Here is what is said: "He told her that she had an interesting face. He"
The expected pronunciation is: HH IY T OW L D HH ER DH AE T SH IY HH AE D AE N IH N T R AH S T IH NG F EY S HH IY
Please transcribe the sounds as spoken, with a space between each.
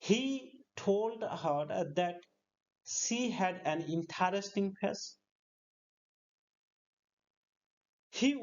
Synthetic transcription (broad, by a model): HH IY T OW L D HH ER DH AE T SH IY HH AE D AE N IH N T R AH S T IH NG P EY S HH IY